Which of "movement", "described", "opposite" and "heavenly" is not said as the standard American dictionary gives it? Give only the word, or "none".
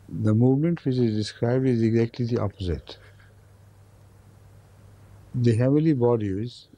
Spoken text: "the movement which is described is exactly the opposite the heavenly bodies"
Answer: heavenly